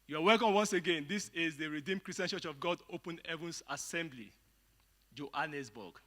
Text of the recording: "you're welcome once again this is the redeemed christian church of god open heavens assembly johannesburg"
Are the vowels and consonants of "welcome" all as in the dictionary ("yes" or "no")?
no